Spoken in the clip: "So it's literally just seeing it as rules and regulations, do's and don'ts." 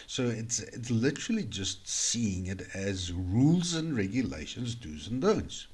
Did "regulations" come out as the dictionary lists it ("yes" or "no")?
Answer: yes